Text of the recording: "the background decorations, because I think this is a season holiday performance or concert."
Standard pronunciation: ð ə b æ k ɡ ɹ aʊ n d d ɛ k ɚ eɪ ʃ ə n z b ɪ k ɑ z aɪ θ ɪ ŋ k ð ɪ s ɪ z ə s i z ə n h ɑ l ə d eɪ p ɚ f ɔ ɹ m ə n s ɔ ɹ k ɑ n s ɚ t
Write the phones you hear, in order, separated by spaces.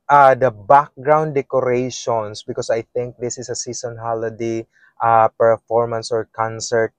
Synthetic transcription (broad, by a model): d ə b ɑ k ɡ ɹ aʊ n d d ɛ k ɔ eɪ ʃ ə n s b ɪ k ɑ s aɪ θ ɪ ŋ k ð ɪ s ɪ s ə s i s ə n h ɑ l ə d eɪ p ɚ f ɔ ɹ m ə n s ɔ ɹ k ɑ n s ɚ t